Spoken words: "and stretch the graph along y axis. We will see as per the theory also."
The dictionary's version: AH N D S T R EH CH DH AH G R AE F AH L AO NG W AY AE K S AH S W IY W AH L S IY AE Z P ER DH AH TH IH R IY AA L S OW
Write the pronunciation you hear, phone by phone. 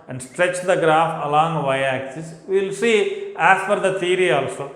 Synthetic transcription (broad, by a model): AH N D S T R EH CH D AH G R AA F AH L AO NG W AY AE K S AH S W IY L S IY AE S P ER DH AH T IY R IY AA L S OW